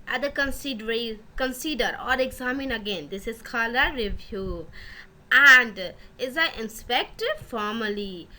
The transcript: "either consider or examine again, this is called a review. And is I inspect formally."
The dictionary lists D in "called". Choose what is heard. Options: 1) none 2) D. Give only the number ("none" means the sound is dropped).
1